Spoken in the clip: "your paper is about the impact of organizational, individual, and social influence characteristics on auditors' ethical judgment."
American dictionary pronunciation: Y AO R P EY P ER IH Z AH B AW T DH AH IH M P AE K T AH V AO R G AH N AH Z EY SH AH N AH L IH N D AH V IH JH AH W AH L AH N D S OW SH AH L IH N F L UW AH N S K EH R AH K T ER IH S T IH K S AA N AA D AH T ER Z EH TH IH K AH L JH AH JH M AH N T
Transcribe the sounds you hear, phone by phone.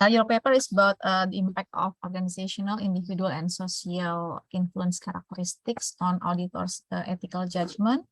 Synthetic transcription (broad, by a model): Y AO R P EY P ER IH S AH B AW T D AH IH M P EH K T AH F AO R G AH N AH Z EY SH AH N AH L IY N D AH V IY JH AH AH L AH N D S OW S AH L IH N F L UW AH N S K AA R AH K T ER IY S T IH K S AA N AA D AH T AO S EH T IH K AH L JH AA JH M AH N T